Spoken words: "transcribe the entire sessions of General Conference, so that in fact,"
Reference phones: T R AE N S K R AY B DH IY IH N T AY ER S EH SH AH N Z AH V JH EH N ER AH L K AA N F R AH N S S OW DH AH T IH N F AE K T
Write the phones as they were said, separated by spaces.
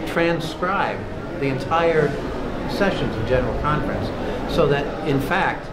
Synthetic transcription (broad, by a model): T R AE N S K R AY B DH IY IH N T AY ER S EH SH AH N Z AH V JH EH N ER L K AA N F R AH N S S OW DH AH T IH N F AE K T